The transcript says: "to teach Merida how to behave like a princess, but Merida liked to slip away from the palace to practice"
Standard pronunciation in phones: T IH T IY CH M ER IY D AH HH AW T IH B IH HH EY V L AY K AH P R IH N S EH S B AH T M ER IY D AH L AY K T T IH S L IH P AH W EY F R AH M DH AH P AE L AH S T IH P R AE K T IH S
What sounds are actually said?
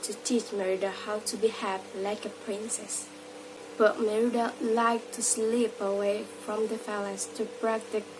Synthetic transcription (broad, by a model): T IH T IY CH M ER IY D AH HH AW T IH B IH HH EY P L AY K AH P R IH N S EH S B AH T M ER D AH L AY K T T IH S L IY P AH W EY F R AH M DH AH F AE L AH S T IH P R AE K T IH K